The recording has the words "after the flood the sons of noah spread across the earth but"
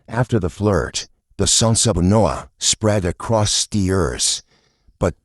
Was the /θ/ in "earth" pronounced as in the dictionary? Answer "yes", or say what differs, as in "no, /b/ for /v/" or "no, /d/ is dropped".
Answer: no, /s/ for /θ/